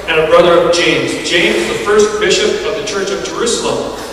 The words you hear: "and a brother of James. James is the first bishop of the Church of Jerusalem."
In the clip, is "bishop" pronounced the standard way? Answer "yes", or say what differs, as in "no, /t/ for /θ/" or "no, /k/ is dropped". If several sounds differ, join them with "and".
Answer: yes